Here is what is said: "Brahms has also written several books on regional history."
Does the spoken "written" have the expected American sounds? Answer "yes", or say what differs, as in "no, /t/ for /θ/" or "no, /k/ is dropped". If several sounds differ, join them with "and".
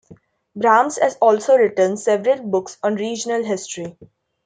yes